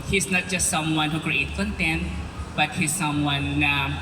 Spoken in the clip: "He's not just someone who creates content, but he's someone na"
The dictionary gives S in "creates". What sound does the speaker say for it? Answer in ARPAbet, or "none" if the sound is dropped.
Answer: none